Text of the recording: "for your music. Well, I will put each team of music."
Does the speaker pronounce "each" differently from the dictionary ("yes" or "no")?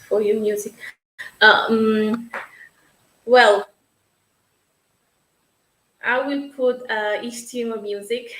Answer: yes